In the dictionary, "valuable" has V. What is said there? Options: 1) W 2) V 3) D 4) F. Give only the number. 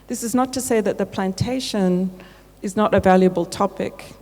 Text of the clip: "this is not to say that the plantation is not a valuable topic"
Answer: 2